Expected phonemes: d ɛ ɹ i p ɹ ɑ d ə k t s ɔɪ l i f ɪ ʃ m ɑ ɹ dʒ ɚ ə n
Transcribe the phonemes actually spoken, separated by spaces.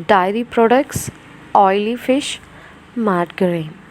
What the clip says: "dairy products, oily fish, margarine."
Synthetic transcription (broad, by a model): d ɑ ɹ i p ɹ ɑ d ə k t s ɔɪ l i f ɪ ʃ m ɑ ɹ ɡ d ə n